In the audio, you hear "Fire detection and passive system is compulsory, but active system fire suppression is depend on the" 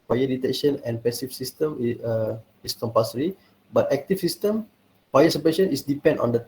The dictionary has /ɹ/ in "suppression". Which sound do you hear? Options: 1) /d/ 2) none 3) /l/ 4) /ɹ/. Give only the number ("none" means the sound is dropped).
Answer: 2